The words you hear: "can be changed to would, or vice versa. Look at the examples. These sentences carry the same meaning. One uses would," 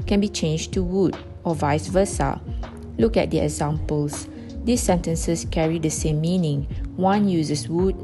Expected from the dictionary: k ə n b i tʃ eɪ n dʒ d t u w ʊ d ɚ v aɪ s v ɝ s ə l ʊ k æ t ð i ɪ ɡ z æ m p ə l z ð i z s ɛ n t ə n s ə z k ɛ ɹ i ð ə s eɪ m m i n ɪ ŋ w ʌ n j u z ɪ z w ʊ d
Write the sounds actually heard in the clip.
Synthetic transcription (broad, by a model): k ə n b i tʃ eɪ n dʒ t u w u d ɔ v aɪ s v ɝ s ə l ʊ k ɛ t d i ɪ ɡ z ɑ m p ə l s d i s ɛ n t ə n s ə s k ɛ ɹ i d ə s eɪ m m i n ɪ ŋ w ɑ n j u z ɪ s w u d